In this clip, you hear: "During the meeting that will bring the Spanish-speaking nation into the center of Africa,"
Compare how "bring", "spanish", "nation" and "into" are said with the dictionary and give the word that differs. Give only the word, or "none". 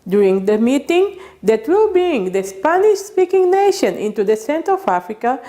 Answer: bring